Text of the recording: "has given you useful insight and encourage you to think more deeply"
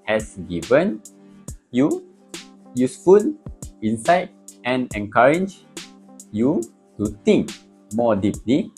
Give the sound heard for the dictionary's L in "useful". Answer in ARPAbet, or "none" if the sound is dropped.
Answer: N